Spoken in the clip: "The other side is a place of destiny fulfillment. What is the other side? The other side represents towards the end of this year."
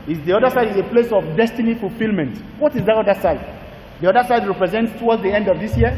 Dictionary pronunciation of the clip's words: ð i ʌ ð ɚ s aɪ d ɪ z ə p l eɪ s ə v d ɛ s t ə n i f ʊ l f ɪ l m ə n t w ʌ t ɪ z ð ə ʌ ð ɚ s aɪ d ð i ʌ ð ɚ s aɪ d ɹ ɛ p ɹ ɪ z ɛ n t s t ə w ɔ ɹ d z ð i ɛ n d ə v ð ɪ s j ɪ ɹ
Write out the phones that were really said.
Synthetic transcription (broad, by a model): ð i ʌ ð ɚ s aɪ d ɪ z ə p l eɪ s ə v d ɛ s t ə n i f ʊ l f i l m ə n t w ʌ t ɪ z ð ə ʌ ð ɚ s aɪ d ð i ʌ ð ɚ s aɪ d ɹ ɛ p ɹ ɪ z ɛ n t s t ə w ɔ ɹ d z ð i ɛ n d ə v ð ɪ s j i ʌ